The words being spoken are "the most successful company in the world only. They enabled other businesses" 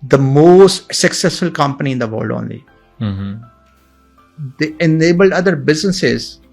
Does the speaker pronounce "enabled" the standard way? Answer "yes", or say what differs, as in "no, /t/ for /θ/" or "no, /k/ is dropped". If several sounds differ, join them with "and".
yes